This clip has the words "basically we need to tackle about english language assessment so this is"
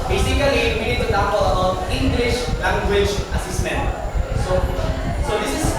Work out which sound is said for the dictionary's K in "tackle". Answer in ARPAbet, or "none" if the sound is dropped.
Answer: none